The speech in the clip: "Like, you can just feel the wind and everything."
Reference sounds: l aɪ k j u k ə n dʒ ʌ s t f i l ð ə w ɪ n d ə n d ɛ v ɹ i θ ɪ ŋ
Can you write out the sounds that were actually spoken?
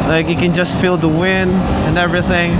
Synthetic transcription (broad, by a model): l aɪ k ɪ k ə n dʒ ʌ s t f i l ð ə w ɪ n d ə n ɛ v ɹ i θ ɪ ŋ